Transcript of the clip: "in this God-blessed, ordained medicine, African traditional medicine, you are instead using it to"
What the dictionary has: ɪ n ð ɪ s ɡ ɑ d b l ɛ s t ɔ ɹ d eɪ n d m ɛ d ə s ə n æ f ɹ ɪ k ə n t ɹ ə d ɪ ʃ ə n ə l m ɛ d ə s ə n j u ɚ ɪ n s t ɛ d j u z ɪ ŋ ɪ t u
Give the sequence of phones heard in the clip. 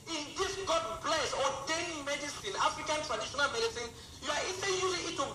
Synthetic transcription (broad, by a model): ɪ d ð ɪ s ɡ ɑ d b l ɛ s ɔ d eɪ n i m ɛ d ə s ə n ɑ f ɹ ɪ k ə n t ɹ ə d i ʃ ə n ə l m ɛ d ə s ə n j u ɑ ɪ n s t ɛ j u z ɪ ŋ ɪ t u